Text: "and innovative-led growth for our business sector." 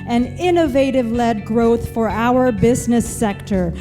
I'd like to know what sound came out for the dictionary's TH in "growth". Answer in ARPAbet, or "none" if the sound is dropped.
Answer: TH